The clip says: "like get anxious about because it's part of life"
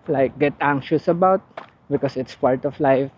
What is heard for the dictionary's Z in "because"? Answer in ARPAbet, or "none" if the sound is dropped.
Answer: S